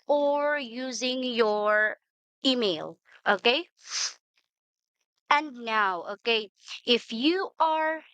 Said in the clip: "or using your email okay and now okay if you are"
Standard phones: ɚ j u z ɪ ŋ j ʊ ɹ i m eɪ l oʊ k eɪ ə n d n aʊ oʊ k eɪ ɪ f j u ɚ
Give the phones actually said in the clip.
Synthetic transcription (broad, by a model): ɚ j u z ɪ ŋ j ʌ ɹ i m eɪ l oʊ k eɪ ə n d n aʊ oʊ k eɪ ɪ f j u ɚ